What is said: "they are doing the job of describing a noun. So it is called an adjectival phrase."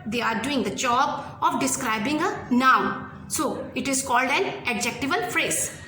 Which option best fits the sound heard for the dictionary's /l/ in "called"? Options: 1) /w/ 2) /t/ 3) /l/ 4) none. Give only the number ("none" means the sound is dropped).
3